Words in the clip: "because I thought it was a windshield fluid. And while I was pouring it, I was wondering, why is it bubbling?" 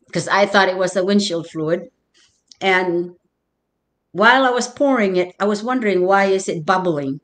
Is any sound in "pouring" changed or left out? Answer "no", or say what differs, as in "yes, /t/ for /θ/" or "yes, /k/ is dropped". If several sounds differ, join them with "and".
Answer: no